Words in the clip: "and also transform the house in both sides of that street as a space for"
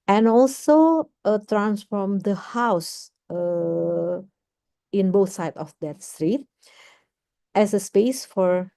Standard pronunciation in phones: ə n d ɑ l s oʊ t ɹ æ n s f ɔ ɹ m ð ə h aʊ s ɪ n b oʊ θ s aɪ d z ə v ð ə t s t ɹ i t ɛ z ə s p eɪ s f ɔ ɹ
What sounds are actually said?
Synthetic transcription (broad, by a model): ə n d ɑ l s oʊ t ɹ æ n s f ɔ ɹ m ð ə h aʊ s ɪ n b oʊ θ s aɪ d ə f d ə t s t ɹ i t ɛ s ə s p eɪ s f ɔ ɹ